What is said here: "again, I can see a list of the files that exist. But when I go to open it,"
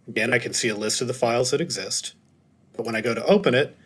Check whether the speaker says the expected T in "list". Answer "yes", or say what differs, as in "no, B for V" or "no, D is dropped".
yes